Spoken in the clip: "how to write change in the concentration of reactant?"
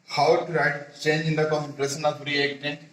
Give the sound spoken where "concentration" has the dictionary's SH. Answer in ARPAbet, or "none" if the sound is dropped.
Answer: S